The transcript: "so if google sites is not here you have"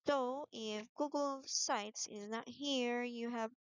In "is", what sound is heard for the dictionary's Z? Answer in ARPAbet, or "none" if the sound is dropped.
Z